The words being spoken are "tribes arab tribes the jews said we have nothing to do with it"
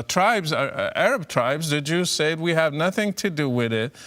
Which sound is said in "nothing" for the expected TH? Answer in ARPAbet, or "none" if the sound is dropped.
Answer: TH